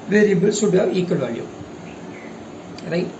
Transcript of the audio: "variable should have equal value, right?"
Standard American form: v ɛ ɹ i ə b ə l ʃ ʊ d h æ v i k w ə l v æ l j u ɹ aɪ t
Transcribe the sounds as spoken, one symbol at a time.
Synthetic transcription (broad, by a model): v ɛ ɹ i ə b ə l s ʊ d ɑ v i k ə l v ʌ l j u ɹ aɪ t